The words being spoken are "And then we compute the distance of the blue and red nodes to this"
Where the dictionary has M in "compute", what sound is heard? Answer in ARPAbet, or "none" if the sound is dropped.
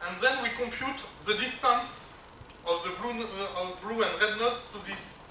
M